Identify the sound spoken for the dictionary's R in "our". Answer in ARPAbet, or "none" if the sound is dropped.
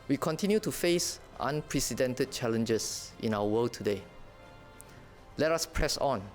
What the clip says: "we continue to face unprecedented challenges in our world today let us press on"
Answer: W